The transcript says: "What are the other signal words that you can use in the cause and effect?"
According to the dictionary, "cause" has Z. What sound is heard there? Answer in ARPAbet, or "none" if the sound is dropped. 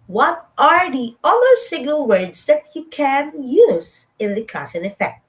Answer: S